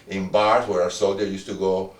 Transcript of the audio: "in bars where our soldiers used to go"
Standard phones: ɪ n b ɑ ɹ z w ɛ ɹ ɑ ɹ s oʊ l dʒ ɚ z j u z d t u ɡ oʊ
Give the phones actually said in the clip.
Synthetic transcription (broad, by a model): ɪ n b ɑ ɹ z w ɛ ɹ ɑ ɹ s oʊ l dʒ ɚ j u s t u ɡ oʊ